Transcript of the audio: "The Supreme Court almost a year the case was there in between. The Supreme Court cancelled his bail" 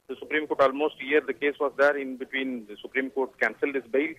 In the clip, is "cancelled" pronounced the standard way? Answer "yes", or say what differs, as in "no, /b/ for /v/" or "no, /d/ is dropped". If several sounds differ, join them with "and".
yes